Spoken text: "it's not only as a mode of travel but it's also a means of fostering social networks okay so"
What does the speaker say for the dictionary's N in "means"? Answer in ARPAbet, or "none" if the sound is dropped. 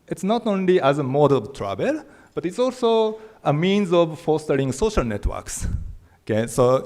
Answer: N